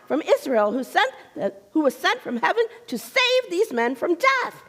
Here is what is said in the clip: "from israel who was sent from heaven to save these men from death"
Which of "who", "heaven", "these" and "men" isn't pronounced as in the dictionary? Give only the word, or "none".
none